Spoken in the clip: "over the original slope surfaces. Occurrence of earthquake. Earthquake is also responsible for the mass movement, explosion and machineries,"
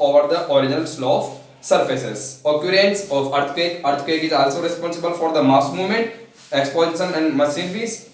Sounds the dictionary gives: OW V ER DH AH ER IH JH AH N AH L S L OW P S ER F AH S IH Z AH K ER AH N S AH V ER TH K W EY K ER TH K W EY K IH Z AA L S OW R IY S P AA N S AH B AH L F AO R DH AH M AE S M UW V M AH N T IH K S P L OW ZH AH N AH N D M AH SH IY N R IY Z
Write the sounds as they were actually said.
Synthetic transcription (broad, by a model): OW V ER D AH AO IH JH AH N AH L S L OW F S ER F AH S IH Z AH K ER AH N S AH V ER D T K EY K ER T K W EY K IH Z AA L S OW R IY S P AA N S AH B AH L F AO R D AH M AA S M UW V M AH N T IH K S P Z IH S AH N AH N D M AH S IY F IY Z